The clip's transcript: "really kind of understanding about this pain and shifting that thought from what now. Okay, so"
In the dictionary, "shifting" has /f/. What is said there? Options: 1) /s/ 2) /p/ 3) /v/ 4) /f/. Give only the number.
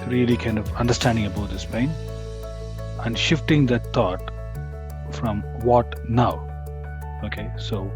4